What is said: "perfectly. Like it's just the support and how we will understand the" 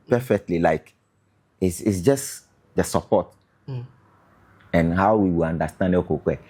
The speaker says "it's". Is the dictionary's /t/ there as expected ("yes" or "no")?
no